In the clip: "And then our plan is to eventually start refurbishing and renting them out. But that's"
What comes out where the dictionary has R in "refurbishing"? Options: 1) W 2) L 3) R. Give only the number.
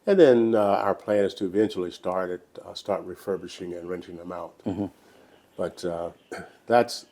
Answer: 3